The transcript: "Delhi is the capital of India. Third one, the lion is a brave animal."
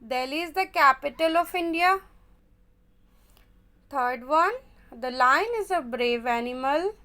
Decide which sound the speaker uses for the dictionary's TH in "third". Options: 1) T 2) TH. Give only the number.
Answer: 1